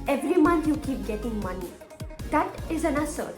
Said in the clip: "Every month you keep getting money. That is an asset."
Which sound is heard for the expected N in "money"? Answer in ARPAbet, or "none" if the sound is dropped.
N